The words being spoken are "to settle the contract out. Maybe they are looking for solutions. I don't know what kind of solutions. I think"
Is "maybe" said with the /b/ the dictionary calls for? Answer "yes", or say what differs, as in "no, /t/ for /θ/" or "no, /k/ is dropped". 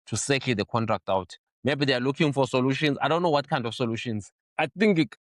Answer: yes